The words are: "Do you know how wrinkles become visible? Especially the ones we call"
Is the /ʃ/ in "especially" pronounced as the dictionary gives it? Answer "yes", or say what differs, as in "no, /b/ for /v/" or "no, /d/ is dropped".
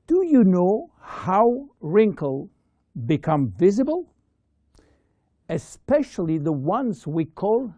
yes